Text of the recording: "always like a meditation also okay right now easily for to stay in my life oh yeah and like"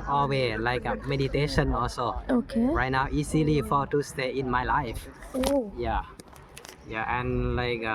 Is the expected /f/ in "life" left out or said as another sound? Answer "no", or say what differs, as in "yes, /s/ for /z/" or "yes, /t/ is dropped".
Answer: no